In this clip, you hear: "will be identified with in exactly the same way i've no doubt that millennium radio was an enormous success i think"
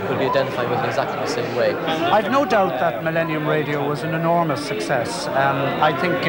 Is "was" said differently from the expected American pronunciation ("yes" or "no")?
no